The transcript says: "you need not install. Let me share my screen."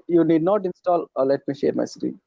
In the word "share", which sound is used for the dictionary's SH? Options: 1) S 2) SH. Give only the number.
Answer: 2